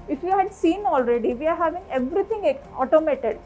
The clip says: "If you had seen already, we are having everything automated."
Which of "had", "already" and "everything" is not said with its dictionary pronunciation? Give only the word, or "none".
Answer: everything